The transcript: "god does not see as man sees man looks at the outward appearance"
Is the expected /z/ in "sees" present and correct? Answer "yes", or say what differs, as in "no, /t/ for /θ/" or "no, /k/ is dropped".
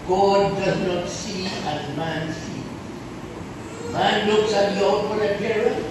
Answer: no, /z/ is dropped